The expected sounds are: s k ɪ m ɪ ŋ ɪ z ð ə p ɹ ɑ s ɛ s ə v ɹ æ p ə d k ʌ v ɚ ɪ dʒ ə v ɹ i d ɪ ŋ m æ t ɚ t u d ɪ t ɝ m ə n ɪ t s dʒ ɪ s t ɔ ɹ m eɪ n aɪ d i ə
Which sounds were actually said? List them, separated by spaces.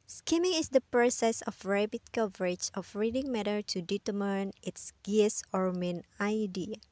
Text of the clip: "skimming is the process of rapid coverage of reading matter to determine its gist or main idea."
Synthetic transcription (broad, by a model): s k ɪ m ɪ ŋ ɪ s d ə p ɹ ɑ s ɛ s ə f ɹ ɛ b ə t k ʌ v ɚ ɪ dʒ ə f ɹ i d ɪ ŋ m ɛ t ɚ t u d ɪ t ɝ m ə n ɪ t s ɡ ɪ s ɔ ɹ m eɪ n aɪ d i